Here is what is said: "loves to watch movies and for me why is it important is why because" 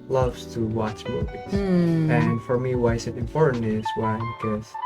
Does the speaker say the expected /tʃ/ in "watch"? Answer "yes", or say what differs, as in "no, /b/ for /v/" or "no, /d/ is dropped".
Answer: yes